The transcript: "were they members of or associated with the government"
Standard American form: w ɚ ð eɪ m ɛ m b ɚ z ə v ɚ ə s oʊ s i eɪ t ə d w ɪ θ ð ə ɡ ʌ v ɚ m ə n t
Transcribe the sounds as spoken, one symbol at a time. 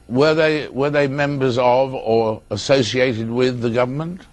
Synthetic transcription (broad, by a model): w ɚ ð eɪ m ɛ m b ɚ z ə v ɚ ə s oʊ s i eɪ t ə d w ɪ ð ə ɡ ʌ v ɚ m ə n t